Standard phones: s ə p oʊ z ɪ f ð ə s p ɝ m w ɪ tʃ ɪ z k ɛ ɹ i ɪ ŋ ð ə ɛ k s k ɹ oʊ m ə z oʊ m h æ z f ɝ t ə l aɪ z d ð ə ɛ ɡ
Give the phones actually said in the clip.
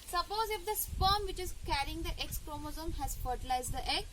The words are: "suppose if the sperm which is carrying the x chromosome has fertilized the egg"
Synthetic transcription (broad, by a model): s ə p oʊ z ɪ f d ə s f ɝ m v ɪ tʃ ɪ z k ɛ ɹ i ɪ ŋ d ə ɛ k s k ɹ oʊ m ə z oʊ m h æ z f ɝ t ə l aɪ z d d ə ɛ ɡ